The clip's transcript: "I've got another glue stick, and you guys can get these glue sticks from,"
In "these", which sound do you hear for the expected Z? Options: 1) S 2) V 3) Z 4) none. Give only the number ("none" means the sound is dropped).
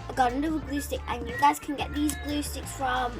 3